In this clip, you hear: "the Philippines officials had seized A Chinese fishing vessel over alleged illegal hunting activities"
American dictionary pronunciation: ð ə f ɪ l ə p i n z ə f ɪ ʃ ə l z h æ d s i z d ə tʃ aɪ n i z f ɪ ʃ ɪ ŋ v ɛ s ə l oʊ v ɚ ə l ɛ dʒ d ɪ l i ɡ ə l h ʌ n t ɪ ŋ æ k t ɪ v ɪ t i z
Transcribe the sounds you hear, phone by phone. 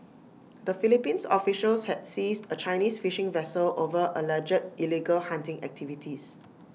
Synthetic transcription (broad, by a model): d ə f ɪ l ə p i n s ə f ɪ ʃ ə l s h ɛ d s i s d ə tʃ aɪ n i s f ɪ ʃ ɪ ŋ v ɛ s ə l oʊ v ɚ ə l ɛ dʒ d ɪ l i ɡ ə l h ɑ n t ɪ ŋ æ k t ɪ v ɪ t i s